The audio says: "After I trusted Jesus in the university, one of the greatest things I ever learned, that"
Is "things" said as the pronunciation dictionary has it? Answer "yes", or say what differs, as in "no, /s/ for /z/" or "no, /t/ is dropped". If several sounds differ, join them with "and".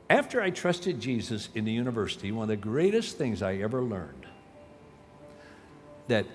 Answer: yes